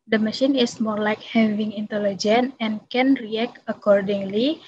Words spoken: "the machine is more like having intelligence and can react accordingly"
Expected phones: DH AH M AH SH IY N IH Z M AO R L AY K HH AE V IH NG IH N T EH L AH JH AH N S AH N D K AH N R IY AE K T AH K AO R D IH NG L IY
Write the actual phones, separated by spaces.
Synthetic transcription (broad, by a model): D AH M AH SH IY N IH S M AO R L AY K HH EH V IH NG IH N T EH L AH JH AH N AH N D K AH N R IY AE K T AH K AO R D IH NG L IY